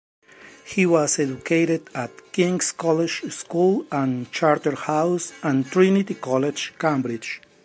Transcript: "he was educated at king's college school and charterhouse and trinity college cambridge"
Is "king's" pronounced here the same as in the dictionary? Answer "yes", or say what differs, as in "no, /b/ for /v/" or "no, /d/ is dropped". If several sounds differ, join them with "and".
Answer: no, /s/ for /z/